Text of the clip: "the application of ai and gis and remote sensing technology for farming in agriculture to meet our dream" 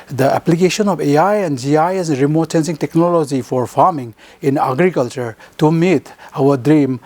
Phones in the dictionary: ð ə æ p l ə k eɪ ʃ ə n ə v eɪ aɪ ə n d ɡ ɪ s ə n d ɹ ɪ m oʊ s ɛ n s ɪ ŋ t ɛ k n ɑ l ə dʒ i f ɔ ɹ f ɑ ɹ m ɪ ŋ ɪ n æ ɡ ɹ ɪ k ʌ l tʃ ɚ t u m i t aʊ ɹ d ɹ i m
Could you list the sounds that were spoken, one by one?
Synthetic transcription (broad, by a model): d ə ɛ p l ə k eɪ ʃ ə n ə p eɪ aɪ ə n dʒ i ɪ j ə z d ɹ ɪ m oʊ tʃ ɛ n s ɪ ŋ t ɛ k n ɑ l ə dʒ i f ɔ ɹ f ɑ ɹ m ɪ ŋ ɪ n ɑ ɡ ɹ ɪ k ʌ l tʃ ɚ t u m i t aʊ ɹ d ɹ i m